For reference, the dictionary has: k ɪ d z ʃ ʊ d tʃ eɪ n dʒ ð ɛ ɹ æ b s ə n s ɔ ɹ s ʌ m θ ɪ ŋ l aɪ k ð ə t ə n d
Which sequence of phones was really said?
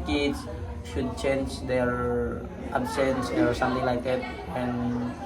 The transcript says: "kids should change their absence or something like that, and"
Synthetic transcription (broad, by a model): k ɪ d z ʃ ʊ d tʃ eɪ n dʒ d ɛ ɹ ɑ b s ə n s ɔ ɹ s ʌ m t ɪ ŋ l aɪ k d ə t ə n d